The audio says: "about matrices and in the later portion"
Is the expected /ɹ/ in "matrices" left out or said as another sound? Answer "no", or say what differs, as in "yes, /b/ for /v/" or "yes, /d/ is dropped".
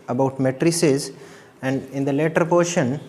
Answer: no